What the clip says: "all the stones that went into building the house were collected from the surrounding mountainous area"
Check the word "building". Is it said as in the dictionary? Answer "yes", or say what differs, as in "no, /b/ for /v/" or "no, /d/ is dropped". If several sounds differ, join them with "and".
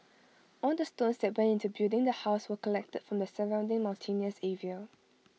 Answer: no, /l/ is dropped